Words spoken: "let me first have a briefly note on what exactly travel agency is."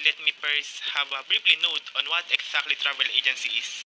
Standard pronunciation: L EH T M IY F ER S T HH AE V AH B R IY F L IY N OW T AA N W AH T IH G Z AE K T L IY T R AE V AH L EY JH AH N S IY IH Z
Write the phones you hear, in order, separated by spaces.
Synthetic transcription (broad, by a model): L EH T M IY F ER S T HH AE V AH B R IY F L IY N OW T AA N W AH T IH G S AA K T L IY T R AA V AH L EY JH AH N S IY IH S